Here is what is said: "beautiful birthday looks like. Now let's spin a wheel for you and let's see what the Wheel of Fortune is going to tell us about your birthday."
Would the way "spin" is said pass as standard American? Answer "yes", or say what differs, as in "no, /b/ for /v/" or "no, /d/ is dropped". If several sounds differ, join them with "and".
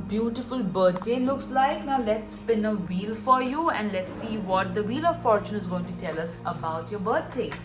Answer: yes